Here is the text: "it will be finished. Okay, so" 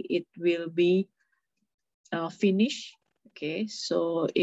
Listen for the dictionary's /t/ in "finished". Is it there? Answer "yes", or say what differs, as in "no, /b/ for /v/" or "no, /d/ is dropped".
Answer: no, /t/ is dropped